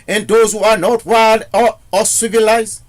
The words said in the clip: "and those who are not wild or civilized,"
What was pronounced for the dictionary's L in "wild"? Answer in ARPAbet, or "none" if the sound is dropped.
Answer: none